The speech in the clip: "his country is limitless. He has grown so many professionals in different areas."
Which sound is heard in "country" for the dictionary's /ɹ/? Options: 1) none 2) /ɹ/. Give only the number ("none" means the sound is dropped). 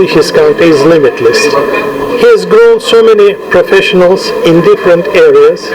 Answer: 1